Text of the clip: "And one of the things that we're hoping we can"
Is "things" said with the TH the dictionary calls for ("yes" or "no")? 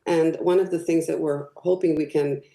yes